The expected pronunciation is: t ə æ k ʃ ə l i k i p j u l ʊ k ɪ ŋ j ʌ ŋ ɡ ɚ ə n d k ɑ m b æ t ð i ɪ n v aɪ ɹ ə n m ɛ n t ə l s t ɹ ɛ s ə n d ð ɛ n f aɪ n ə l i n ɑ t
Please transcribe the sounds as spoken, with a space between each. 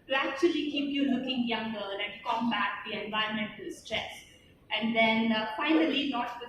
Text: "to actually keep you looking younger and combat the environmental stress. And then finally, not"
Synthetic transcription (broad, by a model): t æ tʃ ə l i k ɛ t j u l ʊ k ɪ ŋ j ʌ ŋ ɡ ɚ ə l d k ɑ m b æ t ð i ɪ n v aɪ ə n m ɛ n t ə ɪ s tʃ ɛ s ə n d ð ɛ n f aɪ n ə l i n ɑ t